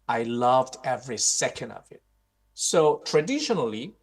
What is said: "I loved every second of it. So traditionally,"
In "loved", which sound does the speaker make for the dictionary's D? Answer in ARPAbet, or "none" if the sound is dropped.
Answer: D